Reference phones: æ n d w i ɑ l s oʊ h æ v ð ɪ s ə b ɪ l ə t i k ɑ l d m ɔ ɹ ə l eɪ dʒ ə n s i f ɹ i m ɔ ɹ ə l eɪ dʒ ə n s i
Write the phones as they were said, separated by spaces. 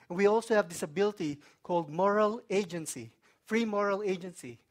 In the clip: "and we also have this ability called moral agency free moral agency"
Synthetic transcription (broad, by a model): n w i ɑ l s oʊ h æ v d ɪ s ə b ɪ l ə t i k ɑ l d m ɔ ɹ ə l eɪ dʒ ə n s i f ɹ i m ɔ ɹ ə l eɪ dʒ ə n s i